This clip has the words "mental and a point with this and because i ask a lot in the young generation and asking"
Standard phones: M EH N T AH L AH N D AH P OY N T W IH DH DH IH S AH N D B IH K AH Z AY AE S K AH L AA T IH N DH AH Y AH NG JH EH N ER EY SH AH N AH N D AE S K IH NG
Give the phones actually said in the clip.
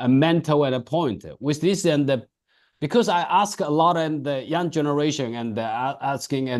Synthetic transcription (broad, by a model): M EH N T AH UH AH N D AH P OY N T W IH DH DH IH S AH N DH B IH K AH Z AY AE S K AH L AA T IH N DH AH Y AH NG JH EH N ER EY SH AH N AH N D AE S K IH NG